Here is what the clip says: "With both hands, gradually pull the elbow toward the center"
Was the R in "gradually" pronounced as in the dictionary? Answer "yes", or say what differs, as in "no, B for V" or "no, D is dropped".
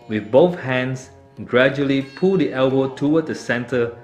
yes